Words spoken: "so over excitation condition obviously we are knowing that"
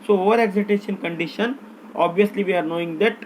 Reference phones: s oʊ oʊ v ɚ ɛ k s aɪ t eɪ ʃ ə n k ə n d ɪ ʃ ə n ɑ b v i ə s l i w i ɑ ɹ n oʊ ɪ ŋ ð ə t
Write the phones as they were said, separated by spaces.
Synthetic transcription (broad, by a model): s oʊ oʊ v ɚ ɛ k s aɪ t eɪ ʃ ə n k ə n d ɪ ʃ ə n ɑ b v i ə s l i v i ɑ ɹ n oʊ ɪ ŋ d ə t